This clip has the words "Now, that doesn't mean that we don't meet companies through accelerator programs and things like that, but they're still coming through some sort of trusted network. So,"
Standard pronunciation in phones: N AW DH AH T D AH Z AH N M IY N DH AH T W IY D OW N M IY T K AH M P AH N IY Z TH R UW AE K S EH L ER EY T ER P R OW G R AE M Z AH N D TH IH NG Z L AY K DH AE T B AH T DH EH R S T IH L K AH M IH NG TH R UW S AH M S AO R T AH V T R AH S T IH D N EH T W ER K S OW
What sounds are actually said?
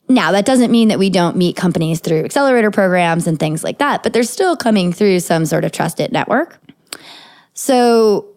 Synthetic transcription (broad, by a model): N AW DH AH T D AH Z AH N M IY N DH AH T W IY D OW N M IY T K AH M P AH N IY Z TH R UW AE K S EH L ER EY T ER P R OW G R AE M Z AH N TH IH NG Z L AY K DH AE T B AH T DH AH R S T IH L K AH M IH NG TH R UW S AH M S AO R T AH V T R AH S T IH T N EH T W ER K S OW